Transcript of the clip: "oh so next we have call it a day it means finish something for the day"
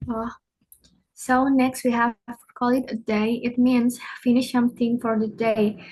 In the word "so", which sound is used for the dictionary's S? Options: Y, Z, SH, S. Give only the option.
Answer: S